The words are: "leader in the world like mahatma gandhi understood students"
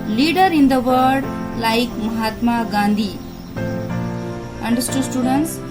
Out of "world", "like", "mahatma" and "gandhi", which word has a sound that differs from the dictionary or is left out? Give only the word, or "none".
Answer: world